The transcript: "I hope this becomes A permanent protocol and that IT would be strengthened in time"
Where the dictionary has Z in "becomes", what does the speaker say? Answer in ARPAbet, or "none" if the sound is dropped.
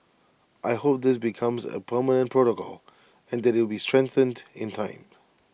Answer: Z